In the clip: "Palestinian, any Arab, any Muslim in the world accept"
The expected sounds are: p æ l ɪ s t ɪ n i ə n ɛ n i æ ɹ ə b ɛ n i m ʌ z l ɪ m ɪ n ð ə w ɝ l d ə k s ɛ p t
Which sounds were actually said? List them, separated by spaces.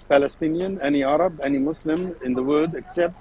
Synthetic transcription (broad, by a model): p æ l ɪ s t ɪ n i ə n ɛ n i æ ɹ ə b ɛ n i m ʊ s l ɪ m ɪ n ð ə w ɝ d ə k s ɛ p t